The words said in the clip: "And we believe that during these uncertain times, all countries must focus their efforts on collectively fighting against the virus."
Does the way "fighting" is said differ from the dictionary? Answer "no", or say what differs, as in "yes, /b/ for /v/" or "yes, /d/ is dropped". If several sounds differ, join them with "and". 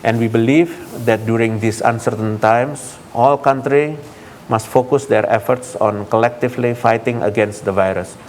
no